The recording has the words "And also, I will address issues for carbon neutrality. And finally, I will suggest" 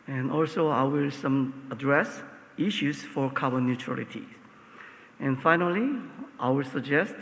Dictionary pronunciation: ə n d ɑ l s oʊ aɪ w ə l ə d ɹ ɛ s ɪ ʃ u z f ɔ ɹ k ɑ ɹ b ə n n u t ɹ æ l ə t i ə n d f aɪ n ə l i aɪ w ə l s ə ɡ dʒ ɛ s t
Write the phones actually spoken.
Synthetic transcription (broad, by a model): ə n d ɑ l s oʊ aɪ w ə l ə d ɹ ɛ s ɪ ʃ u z f ɔ ɹ k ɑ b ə n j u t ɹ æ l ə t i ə n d f aɪ n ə l i aɪ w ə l s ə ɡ dʒ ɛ s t